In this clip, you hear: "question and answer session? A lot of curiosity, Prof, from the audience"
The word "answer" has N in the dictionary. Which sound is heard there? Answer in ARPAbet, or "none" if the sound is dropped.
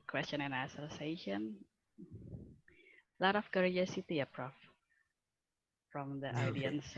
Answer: none